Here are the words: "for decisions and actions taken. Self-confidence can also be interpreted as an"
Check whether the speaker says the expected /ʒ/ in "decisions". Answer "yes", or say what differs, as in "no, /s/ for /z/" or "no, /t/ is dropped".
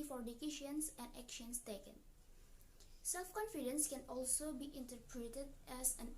no, /ʃ/ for /ʒ/